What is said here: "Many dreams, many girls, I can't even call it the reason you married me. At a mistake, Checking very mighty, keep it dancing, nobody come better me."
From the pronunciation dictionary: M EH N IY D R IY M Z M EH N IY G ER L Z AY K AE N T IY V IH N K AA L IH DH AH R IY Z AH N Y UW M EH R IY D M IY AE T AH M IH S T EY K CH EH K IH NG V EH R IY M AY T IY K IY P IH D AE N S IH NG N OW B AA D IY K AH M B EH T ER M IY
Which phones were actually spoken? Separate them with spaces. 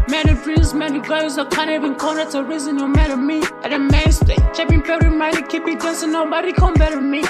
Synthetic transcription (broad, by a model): M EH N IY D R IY Z M EH N IY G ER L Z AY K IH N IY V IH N K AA N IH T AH R IY Z AH N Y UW M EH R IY M IY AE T AH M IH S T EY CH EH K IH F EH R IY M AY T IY K IY P IH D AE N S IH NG N OW B AA D IY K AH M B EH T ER M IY